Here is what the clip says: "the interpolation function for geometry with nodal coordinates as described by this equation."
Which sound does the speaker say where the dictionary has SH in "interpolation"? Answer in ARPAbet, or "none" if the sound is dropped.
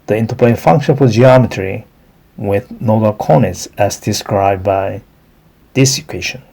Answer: none